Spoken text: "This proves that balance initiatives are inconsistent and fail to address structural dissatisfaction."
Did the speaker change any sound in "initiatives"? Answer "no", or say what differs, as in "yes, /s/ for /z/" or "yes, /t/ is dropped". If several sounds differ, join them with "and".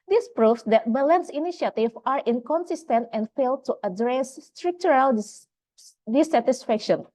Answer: yes, /z/ is dropped